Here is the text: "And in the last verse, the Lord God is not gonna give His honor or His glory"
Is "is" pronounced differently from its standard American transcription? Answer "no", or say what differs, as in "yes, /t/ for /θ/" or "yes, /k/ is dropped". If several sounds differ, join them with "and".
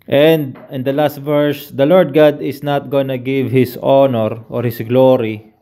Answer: yes, /s/ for /z/